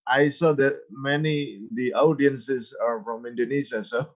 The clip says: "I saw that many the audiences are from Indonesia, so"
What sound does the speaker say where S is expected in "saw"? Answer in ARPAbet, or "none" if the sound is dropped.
S